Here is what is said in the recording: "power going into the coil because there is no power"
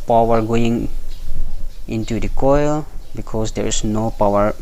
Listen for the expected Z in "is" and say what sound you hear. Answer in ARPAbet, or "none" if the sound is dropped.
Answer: S